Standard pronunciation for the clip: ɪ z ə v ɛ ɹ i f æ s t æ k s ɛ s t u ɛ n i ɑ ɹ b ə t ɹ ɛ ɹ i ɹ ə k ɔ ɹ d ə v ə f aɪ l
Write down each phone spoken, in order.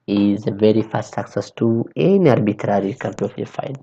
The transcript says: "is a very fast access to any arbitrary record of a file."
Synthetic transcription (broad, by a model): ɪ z ə v ɛ ɹ i f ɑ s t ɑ k s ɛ s t u ɛ n i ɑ ɹ b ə t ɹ ɹ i ɹ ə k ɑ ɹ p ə f ə f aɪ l